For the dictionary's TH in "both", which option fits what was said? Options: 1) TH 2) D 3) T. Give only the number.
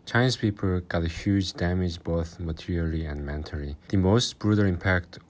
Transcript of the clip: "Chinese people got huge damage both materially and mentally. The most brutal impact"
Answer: 1